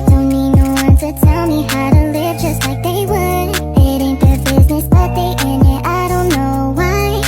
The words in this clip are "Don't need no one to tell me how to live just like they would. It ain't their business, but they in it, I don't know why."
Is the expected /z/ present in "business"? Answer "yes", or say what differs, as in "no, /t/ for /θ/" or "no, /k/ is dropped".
yes